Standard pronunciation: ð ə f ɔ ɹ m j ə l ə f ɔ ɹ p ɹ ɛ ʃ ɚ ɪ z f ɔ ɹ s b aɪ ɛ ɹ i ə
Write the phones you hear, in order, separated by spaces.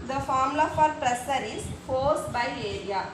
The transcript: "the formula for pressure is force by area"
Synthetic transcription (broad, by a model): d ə f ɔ ɹ m l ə f ɔ ɹ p ɹ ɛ s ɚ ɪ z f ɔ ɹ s b aɪ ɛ ɹ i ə